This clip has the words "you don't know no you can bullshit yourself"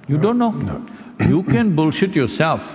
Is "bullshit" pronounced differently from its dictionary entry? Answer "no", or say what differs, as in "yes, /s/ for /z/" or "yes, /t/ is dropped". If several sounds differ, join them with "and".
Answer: no